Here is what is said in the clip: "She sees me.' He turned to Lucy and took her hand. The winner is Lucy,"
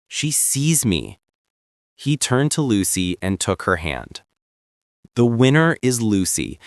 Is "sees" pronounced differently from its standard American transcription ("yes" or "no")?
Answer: no